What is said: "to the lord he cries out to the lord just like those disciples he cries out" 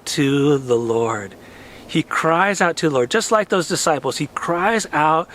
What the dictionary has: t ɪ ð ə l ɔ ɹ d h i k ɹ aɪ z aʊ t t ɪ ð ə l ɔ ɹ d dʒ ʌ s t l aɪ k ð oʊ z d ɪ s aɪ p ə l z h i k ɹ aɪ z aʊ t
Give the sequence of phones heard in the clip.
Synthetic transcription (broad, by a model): t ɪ ð ə l ɔ ɹ d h i k ɹ aɪ z aʊ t t ɪ ð ə l ɔ ɹ d dʒ ʌ s t l aɪ k ð oʊ z d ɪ s aɪ p l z h i k ɹ aɪ z aʊ t